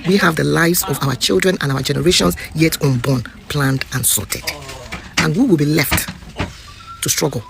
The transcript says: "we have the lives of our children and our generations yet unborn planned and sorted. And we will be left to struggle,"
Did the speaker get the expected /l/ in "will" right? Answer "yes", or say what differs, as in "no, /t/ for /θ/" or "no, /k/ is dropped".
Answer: yes